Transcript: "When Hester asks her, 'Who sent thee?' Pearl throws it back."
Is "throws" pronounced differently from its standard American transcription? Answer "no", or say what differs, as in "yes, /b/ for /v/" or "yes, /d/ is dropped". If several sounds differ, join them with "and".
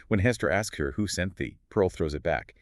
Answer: no